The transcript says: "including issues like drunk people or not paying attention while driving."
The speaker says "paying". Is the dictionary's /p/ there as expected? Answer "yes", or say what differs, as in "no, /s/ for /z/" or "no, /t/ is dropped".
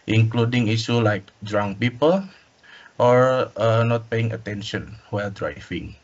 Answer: yes